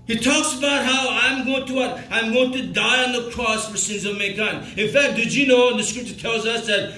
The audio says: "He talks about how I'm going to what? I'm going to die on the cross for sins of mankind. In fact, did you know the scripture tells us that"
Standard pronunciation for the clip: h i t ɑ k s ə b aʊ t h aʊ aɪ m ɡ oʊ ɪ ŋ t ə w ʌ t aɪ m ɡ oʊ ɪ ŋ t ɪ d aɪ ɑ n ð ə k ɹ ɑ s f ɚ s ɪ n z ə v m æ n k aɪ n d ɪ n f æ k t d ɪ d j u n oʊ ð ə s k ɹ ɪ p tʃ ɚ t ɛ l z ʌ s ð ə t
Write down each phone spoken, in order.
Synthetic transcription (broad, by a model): h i t ɑ k s ə b aʊ t h aʊ aɪ m ɡ oʊ ɪ ŋ t ə w ʌ t aɪ m ɡ oʊ ɪ ŋ t ɪ d aɪ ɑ n ð ə k ɹ ɑ s f ɚ s ɪ n z ə v m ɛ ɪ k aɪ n ɪ n f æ k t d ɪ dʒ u n oʊ ð ə s k ɹ ɪ p tʃ ɚ t ɛ l z ʌ s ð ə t